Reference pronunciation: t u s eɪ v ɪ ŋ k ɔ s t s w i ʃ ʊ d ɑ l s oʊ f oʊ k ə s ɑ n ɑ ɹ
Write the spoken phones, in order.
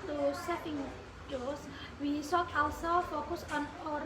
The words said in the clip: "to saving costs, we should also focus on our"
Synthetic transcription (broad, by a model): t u s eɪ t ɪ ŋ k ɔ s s w i s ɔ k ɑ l s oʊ f oʊ k ə s ɑ n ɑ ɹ